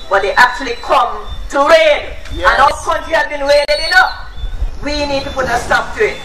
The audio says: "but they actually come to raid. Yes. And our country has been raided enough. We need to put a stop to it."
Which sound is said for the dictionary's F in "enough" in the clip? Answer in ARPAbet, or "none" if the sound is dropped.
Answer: P